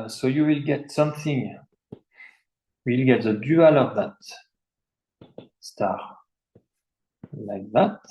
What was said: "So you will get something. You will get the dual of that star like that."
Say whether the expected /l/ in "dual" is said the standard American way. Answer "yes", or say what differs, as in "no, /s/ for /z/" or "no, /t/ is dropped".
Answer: yes